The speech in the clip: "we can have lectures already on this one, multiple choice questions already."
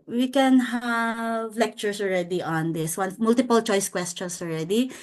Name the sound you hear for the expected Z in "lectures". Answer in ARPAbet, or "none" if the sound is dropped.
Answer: S